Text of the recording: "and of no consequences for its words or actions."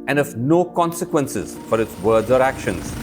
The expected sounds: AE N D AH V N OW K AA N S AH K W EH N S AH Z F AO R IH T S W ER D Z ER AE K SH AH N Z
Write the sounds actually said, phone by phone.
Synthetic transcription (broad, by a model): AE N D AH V N OW K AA N S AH K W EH N S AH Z F AO R IH T S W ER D ER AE K SH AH N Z